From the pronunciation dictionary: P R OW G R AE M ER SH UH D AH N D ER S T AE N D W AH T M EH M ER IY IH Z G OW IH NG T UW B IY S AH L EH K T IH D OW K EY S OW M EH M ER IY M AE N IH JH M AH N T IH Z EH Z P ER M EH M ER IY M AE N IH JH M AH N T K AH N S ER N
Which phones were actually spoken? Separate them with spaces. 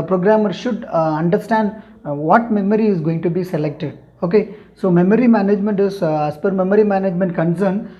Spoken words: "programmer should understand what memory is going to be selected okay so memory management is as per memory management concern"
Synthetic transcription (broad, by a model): P R OW G R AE M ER SH UH D AH N D ER S T AE N D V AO T M EH M ER IY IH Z G OW IH NG T UW B IY S AH L EH K T IH D OW K EY S OW M EH M ER IY M AE N IH JH M AH N T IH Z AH S P ER M EH M ER IY M AE N IH JH M AH N T K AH N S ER N